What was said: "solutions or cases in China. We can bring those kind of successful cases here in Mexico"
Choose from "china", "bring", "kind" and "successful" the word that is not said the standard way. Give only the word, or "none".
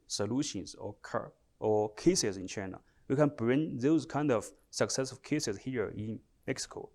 successful